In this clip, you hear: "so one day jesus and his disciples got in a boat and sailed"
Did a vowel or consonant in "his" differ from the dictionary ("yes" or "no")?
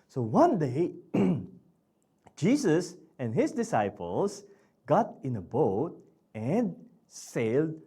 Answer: yes